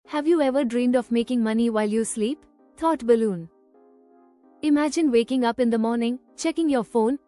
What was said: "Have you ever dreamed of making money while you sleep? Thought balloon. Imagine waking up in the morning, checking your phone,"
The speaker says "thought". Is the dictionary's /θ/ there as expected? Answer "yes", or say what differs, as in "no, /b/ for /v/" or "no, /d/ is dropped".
no, /t/ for /θ/